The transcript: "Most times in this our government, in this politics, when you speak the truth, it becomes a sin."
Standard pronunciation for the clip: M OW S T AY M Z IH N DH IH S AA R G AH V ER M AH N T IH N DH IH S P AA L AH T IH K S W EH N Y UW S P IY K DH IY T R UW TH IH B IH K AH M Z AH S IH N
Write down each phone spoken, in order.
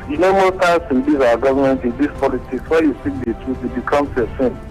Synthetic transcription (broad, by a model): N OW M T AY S IH N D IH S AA G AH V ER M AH N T IH N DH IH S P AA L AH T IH K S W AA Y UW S IY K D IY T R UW T IH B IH K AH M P AH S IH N